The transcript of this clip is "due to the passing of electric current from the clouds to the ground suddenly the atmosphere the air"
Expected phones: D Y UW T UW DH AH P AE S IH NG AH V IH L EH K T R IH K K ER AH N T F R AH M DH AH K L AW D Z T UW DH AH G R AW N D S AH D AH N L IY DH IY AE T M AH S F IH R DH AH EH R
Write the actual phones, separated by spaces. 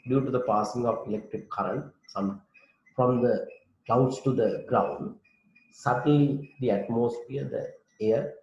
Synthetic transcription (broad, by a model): D Y UW T UW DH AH P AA S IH NG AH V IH L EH K T R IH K K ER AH N T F R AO M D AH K AW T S T UW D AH G R AW N D S AH D AH N L IY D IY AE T M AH S F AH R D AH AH R